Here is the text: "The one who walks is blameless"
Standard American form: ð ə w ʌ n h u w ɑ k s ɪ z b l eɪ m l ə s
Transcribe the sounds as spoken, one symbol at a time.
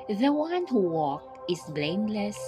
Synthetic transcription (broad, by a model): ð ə w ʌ n h u w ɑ k ɪ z b l eɪ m l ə s